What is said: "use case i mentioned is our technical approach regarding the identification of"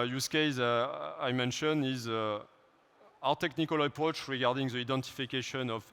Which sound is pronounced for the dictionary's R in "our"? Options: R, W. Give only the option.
W